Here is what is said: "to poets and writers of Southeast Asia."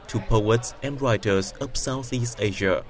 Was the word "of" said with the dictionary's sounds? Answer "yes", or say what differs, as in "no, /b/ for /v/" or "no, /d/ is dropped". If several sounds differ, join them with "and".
no, /p/ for /v/